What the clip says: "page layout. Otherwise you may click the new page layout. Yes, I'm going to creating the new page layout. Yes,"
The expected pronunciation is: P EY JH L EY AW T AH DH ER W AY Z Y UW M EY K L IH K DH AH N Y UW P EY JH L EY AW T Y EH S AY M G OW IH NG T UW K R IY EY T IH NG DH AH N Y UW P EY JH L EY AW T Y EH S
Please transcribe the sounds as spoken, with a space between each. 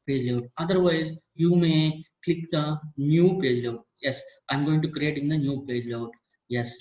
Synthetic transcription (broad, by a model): P EY JH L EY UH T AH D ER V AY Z Y UW M EY K L IH K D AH N Y UW P EY JH L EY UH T Y EH S AY M G OW IH NG T UW K R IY EY T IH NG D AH N Y UW P EY JH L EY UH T Y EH S